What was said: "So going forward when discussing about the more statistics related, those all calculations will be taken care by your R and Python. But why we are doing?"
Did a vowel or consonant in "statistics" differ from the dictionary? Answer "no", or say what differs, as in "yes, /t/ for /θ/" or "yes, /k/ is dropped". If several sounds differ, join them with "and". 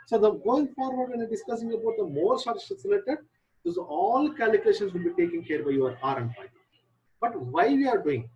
yes, /k/ is dropped